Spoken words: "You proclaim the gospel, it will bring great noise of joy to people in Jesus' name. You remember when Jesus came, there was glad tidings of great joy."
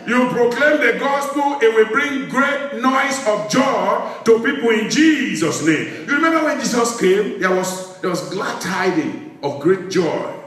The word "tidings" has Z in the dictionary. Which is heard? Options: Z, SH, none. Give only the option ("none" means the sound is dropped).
none